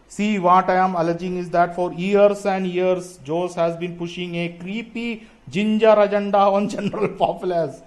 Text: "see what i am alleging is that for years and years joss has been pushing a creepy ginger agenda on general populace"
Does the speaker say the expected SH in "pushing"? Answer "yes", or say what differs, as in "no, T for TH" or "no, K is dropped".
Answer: yes